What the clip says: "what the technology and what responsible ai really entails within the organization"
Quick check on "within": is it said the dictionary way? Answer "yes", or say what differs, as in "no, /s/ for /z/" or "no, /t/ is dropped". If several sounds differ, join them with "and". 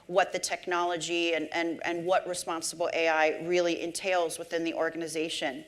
yes